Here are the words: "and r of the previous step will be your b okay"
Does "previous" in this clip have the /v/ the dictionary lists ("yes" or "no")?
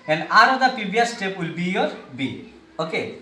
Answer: no